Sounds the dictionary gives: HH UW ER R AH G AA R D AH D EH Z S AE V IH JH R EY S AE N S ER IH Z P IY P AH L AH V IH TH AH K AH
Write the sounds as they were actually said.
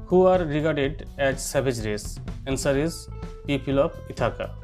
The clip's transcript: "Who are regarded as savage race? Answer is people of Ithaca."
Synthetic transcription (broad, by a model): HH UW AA R AH G AA R D AH D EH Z S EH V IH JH R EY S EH N S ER IH Z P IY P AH L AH P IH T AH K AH